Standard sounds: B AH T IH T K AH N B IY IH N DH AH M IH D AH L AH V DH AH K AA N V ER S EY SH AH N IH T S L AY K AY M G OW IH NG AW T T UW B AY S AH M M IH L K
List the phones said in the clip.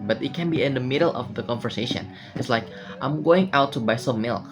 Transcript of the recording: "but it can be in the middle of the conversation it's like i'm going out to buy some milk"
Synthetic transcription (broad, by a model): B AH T IH T K AH N B IY IH N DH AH M IH D AH L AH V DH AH K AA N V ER S EY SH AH N IH T S L AY K AY M G OW IH NG AW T T UW B AY S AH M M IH L